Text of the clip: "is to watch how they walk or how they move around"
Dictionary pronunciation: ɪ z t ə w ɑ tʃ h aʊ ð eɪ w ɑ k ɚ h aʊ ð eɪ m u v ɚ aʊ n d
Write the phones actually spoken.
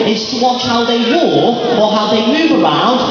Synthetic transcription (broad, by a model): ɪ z t ə w ɑ tʃ h aʊ ð eɪ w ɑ ɚ h aʊ ð eɪ m u v ɚ aʊ n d